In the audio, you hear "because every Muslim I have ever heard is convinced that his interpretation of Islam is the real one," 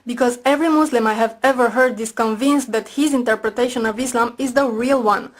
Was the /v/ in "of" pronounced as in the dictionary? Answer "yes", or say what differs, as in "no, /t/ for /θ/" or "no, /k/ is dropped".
yes